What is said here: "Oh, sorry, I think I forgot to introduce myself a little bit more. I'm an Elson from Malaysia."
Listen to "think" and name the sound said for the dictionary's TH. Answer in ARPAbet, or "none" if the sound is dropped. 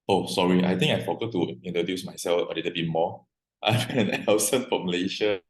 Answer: T